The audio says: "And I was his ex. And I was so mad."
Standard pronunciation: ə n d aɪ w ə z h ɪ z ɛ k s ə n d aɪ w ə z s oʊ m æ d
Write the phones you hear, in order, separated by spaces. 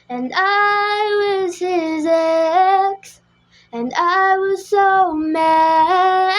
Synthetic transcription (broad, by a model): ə n aɪ w ə z h ɪ z ɛ k s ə n aɪ w ə z s oʊ m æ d